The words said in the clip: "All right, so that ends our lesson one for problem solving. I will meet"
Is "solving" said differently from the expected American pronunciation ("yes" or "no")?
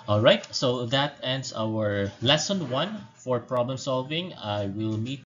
no